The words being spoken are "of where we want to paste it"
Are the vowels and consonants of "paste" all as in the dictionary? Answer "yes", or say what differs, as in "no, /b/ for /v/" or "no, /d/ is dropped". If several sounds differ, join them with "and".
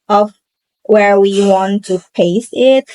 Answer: no, /t/ is dropped